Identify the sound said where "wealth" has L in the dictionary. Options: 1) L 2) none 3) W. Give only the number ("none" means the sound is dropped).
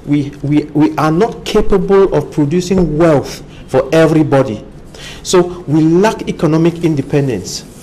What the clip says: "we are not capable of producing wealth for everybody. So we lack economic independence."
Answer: 1